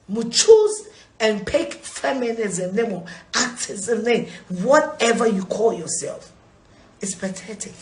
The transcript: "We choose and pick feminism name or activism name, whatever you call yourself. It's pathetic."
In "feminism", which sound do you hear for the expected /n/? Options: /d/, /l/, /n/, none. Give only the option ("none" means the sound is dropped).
/n/